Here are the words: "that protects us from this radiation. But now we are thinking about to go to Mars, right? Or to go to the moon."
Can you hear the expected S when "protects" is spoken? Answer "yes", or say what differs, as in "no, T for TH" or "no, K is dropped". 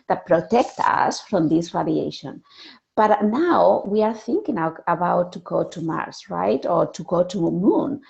no, S is dropped